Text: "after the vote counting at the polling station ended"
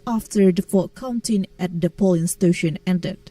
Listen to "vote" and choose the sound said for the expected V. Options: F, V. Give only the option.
F